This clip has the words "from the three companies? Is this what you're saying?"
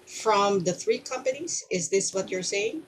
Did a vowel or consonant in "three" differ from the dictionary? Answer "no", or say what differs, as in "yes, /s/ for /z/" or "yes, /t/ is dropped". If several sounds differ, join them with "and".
no